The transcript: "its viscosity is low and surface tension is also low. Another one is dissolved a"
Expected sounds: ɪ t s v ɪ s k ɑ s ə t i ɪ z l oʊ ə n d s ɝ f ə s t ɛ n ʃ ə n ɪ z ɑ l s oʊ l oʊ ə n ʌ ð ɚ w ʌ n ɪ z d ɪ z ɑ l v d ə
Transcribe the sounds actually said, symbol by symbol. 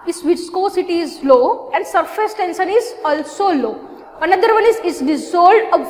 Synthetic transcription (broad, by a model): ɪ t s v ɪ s k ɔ s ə t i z l oʊ ə n d s ɝ f ə s t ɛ n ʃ ə n ɪ z ɑ l s oʊ l oʊ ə n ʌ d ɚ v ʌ n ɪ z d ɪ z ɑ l d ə